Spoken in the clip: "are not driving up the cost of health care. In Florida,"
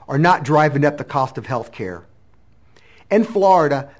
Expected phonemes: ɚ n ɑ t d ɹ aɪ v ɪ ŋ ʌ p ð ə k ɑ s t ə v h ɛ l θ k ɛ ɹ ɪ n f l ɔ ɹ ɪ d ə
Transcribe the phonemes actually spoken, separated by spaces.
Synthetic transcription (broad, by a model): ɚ n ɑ t d ɹ aɪ v ɪ ŋ ʌ p ð ə k ɑ s t ə v h ɛ l θ k ɛ ɹ ɪ n f l ɔ ɹ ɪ d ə